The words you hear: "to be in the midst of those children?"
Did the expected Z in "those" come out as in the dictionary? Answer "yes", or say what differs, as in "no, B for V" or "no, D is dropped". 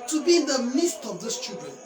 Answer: no, S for Z